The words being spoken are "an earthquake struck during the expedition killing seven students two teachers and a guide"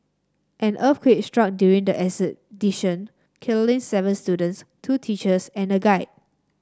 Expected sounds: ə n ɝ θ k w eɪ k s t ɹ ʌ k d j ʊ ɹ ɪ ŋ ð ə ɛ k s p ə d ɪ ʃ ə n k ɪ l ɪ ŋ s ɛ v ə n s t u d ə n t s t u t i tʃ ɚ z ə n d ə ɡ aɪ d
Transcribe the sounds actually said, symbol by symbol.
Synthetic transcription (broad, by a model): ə n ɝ f k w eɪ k s t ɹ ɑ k d j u ɹ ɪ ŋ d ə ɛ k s ə d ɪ ʃ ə n k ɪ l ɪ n s ɛ v ə n s t u d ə n t s t u t i tʃ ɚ s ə n ə ɡ aɪ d